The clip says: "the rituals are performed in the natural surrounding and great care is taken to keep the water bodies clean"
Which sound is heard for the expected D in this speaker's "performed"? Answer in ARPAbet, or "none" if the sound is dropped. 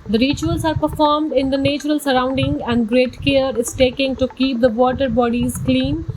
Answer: D